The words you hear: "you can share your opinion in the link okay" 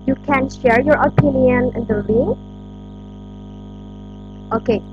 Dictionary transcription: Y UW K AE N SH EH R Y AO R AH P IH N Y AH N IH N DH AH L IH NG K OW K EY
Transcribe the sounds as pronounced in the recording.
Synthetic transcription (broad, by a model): Y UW K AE N SH EH R Y AO R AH P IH N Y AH N IH N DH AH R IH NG OW K EY